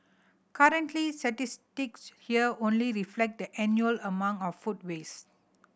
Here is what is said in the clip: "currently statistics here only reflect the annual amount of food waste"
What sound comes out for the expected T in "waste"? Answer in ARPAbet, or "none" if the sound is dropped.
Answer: none